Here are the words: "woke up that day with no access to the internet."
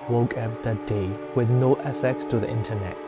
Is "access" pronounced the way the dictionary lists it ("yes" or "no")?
no